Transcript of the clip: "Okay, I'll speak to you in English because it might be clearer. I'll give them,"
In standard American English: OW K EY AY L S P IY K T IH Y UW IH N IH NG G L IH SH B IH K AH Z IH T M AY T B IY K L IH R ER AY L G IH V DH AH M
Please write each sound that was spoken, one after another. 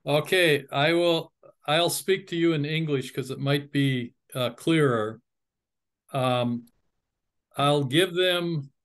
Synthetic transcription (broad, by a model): OW K EY AY L S P IY K T IH Y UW IH N IH NG G L IH SH K AH Z IH T M AY T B IY K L IH R ER AY L G IH V DH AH M